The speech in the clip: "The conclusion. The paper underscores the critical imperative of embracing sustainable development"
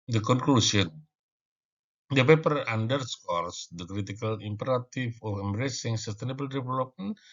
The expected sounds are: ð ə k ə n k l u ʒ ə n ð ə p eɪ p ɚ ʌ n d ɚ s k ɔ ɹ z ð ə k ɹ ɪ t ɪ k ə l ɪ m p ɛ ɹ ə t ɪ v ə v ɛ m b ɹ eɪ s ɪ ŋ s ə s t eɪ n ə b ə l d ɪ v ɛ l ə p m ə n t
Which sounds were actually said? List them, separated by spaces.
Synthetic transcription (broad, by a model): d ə k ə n k l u s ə n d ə p eɪ p ɚ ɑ n d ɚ s k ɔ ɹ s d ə k ɹ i t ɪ k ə l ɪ m p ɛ ɹ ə t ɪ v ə f ɛ m b ɹ eɪ s ɪ ŋ s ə s t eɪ n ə b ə l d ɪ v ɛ l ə p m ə n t